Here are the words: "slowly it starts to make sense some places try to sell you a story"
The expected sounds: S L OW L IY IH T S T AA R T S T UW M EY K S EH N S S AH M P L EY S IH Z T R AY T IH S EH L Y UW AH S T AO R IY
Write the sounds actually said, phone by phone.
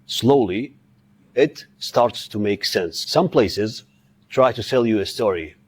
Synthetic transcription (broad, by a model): S L OW L IY IH T S T AA R T S T UW M EY K S EH N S S AH M P L EY S IH Z T R AY T IH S EH L Y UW AH S T AO R IY